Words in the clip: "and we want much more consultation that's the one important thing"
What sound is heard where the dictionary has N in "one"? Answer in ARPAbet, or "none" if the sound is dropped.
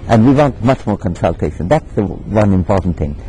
N